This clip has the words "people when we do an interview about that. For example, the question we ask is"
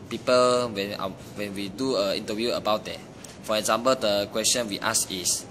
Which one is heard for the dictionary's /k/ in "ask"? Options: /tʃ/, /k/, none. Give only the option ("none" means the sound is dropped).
none